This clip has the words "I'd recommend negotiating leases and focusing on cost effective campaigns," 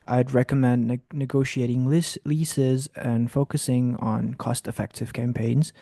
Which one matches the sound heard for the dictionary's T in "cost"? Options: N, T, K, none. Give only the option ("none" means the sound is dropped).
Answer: T